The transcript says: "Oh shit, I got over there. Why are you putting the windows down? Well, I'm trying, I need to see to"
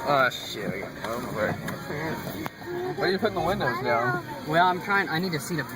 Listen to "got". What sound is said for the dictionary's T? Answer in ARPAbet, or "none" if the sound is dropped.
none